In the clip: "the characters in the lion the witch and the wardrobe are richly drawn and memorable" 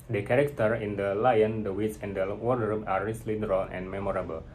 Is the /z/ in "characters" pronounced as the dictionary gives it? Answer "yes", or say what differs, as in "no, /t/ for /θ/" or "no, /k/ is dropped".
no, /z/ is dropped